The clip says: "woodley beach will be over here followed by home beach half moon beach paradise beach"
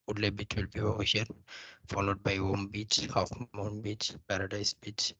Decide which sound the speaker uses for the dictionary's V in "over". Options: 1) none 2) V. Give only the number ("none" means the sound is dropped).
1